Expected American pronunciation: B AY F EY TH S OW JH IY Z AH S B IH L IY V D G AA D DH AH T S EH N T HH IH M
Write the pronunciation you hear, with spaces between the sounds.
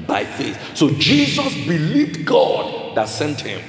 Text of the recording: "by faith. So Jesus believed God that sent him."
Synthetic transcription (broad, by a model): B AY F EY TH S OW JH IY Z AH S B IH L IY V D G AA D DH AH T S EH N T HH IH M